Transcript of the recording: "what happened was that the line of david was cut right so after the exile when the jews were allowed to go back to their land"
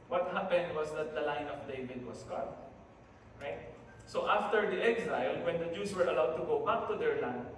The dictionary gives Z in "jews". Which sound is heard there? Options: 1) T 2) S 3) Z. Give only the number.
2